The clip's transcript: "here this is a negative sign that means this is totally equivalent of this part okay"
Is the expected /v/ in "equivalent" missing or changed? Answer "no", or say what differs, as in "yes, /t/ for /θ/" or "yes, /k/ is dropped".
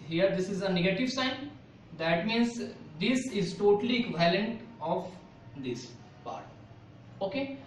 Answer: yes, /v/ is dropped